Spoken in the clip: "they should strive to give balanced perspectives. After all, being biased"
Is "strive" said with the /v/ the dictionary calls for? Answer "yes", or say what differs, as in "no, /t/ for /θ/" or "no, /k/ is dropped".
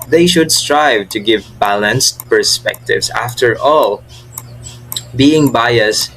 yes